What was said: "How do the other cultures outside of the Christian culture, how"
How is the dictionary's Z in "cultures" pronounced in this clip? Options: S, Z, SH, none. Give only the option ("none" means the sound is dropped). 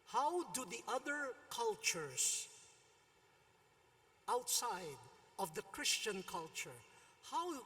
S